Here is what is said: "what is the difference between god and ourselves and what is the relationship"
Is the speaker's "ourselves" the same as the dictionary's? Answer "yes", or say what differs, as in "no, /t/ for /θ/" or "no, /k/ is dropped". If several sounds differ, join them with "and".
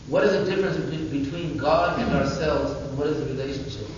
yes